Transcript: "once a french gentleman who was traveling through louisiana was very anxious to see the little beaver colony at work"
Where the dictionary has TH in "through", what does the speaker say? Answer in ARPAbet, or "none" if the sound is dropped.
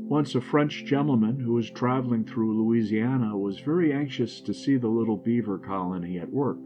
TH